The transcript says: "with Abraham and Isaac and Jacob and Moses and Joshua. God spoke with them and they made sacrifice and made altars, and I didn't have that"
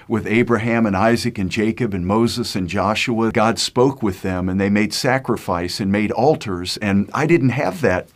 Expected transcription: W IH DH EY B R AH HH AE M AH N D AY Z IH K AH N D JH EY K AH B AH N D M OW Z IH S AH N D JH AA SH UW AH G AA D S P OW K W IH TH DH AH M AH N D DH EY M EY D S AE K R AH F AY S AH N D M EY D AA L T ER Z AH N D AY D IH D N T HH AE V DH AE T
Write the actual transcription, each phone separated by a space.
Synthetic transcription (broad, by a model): W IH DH EY B R AH HH AE M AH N AY Z IH K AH N JH EY K AH B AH N M OW Z IH S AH N JH AA SH UW AH G AA D S P OW K W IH DH AH M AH N DH EY M EY D S AE K R AH F AY S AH N M EY D AA L T ER Z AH N AY D IH D N T HH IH V DH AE T